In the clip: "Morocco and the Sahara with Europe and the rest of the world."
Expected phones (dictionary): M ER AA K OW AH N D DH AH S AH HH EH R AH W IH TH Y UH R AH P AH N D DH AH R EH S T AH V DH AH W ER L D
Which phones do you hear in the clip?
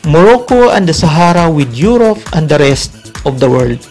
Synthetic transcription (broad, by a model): M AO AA K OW AH N D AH S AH HH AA R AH W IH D Y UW R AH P AH N D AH R EH S T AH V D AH W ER L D